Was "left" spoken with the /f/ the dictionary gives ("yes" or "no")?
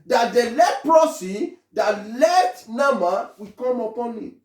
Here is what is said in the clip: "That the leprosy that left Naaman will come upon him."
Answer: no